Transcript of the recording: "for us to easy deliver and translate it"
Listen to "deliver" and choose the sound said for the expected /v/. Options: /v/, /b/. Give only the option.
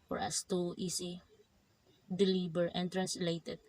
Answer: /b/